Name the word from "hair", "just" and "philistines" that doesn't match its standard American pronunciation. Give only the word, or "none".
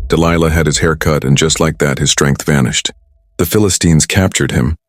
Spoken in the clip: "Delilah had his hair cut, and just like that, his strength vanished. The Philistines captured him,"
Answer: none